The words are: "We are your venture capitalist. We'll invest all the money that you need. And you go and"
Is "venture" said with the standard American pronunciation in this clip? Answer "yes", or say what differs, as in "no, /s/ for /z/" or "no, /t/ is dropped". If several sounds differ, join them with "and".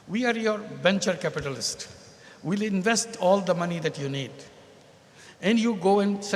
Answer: no, /b/ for /v/